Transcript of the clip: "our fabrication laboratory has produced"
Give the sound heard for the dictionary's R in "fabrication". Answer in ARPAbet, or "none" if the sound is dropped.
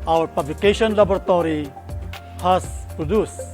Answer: L